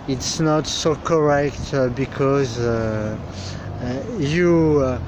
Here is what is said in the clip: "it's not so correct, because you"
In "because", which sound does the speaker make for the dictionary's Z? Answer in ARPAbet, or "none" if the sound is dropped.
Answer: Z